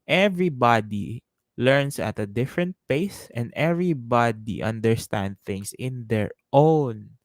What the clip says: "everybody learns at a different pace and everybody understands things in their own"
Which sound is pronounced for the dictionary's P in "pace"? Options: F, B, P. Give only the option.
P